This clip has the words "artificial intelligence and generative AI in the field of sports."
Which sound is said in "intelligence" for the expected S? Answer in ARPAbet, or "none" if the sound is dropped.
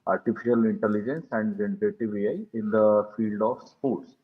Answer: S